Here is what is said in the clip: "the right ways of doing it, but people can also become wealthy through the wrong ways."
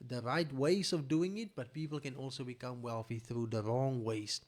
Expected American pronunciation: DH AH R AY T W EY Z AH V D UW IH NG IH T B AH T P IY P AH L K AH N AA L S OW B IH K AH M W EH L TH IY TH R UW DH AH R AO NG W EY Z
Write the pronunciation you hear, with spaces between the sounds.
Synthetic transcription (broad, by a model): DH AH R AY T W EY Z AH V D UW IH NG IH T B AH T P IY P AH L K AH N AA L S OW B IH K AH M W EH L TH IY TH R UW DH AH R AO NG W EY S